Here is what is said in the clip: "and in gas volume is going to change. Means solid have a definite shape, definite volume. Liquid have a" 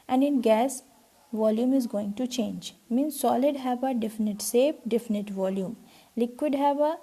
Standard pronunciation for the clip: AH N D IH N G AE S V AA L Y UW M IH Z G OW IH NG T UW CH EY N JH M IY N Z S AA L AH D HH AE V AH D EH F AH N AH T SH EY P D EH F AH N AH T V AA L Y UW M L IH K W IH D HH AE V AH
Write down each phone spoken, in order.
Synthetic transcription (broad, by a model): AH N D IH N G AE S V AA L Y UW M IH Z G OW IH NG T UW CH EY N JH M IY N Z S AA L AH D HH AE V AH D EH F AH N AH T S EY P D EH F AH N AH T V AA L Y UW M L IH K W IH D HH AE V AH